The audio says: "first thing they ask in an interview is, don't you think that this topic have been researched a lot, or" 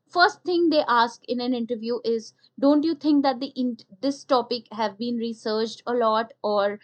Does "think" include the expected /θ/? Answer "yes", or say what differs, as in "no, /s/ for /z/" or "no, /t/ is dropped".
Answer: no, /t/ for /θ/